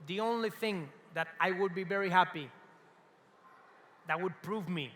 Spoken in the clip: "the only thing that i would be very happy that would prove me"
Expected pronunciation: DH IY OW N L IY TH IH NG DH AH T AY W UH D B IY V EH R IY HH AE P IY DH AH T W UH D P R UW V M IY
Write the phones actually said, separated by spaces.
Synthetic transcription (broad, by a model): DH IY OW N L IY TH IH NG DH AH T AY W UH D B IY V EH R IY HH AE P IY DH AH T W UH D P R UW V M IY